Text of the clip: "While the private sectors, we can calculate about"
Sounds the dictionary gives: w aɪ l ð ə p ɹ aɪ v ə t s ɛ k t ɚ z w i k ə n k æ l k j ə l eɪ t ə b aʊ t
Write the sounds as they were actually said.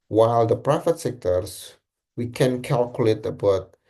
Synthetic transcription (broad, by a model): w aɪ l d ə p ɹ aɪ f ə t s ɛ k t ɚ s w i k ə n k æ l k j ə l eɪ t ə b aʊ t